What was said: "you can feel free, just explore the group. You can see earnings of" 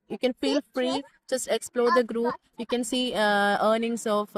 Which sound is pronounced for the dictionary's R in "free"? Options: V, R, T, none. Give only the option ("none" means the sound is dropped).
R